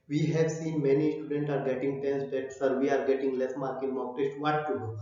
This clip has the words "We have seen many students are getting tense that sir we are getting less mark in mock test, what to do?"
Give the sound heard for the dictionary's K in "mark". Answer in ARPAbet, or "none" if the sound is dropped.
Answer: K